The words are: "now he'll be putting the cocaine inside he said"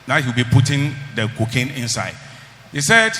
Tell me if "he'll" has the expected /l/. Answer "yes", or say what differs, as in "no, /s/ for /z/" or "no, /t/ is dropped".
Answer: no, /w/ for /l/